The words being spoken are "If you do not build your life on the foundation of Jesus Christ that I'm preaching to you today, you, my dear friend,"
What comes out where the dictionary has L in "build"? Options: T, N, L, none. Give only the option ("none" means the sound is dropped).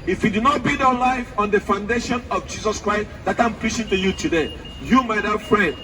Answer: none